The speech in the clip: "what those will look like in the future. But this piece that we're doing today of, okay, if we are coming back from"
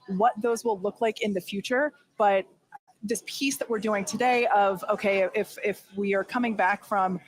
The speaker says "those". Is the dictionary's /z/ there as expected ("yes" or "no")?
yes